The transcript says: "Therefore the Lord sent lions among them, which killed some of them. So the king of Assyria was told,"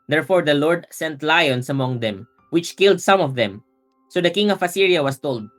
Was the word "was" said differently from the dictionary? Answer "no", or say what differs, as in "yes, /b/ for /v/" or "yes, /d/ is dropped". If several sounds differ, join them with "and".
yes, /s/ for /z/